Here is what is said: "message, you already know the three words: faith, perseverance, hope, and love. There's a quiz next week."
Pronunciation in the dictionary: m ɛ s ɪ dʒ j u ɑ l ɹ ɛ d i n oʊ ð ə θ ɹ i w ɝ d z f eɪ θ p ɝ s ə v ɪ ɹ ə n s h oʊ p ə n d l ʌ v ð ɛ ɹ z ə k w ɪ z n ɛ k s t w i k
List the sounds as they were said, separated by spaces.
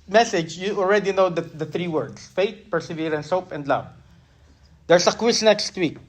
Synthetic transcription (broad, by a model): m ɛ s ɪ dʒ j u ɑ l ɹ ɛ d i n oʊ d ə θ ɹ i w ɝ d s f eɪ t p ɝ s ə v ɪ ɹ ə n s oʊ p ə n d l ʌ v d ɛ ɹ s ə k w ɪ s n ɛ k s t w i k